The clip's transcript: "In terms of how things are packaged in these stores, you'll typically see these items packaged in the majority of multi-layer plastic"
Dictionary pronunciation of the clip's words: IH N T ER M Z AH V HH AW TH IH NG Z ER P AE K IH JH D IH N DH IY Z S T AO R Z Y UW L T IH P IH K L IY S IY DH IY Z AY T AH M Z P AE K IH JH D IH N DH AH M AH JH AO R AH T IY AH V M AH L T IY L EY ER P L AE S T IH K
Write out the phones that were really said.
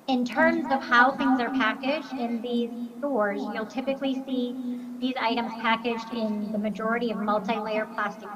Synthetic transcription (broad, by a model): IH N T ER M Z AH V HH AW TH IH NG Z ER P AE K IH JH D IH N DH IY Z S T AO R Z Y UW L T IH P IH K L IY S IY DH IY Z AY T AH M Z P AE K IH JH D IH N DH AH M AH JH AO R AH T IY AH V M AH L T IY L EY ER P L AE S T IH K